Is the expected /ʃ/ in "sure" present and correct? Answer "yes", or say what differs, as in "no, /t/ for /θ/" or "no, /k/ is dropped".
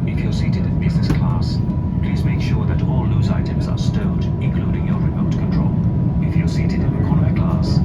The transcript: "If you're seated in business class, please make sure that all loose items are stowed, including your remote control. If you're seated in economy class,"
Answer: yes